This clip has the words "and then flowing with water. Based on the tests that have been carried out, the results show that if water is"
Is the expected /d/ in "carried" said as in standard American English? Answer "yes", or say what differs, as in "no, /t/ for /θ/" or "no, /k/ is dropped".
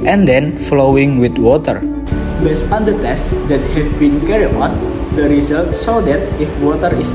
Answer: no, /d/ is dropped